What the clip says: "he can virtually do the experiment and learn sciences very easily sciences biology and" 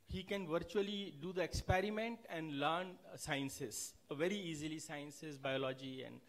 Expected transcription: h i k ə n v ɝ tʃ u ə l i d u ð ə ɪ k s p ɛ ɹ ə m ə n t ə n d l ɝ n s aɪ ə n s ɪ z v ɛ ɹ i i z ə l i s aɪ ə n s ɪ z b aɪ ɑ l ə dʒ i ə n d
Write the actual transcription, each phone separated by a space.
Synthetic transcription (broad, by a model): h i k ə n v ɝ tʃ u ə l i d u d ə ɪ k s p ɛ ɹ ə m ə n t ə n d l ɝ n s aɪ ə n s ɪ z v ɛ ɹ i i z ə l i s aɪ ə n s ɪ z b aɪ ɑ l ə dʒ i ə n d